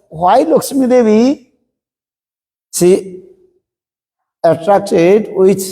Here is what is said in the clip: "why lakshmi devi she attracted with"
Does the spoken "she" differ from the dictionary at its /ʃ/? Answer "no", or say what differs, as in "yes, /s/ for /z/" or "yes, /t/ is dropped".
yes, /s/ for /ʃ/